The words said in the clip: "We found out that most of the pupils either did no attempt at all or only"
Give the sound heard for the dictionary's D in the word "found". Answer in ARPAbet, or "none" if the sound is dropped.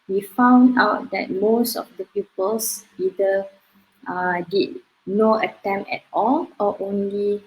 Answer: D